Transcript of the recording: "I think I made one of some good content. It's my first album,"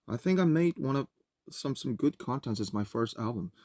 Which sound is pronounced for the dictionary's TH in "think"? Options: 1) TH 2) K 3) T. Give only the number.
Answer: 1